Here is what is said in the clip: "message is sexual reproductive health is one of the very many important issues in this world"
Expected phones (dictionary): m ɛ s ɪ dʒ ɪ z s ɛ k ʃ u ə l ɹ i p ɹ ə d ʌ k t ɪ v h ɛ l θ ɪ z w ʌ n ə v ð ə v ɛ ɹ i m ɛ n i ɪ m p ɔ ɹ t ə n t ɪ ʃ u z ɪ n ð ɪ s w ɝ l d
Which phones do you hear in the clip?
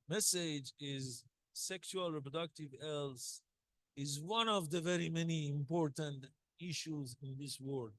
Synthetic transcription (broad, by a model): m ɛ s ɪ dʒ ɪ z s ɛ k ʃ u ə l ɹ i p ɹ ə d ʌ k t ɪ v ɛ l s ɪ z w ʌ n ə v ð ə v ɛ ɹ i m ɛ n i ɪ m p ɔ ɹ t ə n t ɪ ʃ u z ɪ n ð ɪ s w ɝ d